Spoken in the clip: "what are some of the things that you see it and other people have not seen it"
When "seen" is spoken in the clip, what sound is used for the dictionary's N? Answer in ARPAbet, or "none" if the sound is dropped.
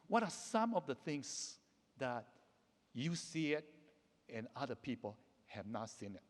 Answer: N